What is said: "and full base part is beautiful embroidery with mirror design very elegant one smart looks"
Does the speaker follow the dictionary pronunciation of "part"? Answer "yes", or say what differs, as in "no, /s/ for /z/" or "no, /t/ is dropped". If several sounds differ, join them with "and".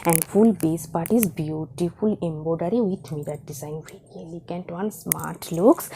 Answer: yes